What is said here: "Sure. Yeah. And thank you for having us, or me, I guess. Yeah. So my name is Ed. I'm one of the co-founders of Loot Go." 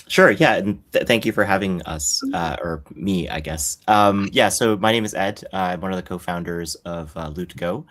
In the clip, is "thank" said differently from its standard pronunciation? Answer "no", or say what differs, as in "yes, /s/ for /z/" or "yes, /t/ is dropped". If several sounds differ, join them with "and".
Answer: no